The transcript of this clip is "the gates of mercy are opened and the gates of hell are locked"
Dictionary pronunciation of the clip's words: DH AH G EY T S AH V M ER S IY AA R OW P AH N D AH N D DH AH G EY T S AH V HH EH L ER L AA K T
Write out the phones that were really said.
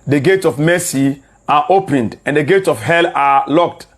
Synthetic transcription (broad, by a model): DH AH G EY T S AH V M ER S IY AA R OW P AH N D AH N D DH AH G EY T S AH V HH EH L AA L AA K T